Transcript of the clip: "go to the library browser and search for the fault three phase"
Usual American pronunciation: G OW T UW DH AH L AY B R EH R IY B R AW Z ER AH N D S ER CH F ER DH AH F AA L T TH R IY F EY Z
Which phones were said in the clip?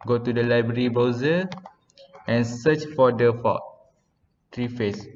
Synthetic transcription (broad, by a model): G OW T UW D AH L AY B R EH R IY B AO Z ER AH N S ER CH F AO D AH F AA T R IY F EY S